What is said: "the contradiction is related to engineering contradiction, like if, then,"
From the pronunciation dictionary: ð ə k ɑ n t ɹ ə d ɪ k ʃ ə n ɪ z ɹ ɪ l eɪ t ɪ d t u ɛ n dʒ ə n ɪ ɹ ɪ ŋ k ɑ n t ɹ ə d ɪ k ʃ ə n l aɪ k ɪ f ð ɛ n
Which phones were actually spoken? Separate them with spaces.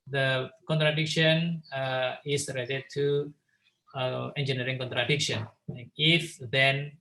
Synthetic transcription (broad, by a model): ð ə k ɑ n t ɹ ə d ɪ k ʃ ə n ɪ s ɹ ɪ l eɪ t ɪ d t u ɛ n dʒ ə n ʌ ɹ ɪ ŋ k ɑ n t ɹ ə d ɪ k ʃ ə n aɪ ɪ f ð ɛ n